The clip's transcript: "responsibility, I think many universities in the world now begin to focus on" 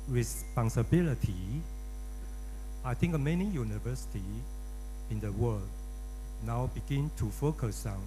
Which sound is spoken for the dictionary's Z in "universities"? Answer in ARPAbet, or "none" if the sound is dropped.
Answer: none